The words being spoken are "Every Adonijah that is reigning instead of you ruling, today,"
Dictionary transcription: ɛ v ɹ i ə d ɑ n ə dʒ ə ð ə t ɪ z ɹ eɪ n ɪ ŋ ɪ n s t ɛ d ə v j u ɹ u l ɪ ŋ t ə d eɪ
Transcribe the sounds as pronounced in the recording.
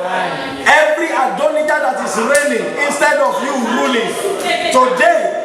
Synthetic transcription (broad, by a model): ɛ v ɹ i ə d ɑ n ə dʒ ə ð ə t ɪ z ɹ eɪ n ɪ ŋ ɪ n s t ɛ d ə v j u ɹ u l ɪ ŋ t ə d eɪ